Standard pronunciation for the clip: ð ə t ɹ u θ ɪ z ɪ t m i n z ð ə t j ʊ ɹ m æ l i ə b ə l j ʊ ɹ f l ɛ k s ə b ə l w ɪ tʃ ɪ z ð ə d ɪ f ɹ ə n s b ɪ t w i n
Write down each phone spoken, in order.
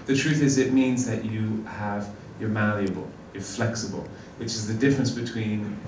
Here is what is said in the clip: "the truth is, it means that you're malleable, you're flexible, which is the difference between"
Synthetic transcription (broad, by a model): ð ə t ɹ u θ ɪ z ɪ t m i n z ð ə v j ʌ ɹ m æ l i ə b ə l j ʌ ɹ f l ɛ k s ə b ə l w ɪ tʃ ɪ z ð ə d ɪ f ɹ ə n s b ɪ t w i n